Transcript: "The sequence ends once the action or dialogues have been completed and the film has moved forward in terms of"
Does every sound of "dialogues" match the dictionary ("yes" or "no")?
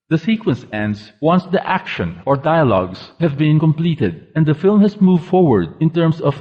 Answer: no